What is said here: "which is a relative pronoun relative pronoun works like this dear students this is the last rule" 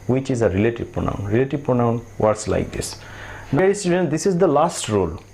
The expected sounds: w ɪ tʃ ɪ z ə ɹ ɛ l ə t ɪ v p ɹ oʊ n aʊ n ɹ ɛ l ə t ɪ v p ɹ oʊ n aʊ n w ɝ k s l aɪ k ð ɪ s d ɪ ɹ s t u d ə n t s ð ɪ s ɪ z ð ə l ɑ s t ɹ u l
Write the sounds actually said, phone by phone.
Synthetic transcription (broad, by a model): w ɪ tʃ ɪ z ə ɹ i l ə t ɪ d p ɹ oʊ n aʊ n ɹ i l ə t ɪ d p ɹ oʊ n aʊ n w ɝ s l aɪ k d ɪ s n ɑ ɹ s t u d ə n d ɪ s ɪ z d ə l ɑ s t ɹ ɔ l